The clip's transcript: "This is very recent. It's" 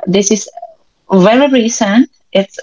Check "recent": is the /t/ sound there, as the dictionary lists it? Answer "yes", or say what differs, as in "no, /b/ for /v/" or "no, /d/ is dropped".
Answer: yes